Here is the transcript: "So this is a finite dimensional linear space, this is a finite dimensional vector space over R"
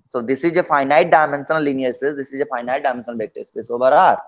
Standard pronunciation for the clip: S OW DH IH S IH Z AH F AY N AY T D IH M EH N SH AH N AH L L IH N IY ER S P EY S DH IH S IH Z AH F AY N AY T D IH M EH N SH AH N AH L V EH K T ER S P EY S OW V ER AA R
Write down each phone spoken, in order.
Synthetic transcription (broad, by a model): S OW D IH S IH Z AH F AY N AY T D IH M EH N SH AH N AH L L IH N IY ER S P EY S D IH S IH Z AH F AY N AY T D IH M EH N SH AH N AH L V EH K T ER S P EY S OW B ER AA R